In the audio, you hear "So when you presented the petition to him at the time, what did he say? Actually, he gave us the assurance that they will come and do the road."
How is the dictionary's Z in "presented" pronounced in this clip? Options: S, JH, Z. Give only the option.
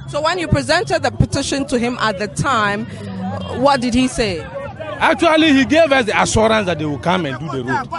Z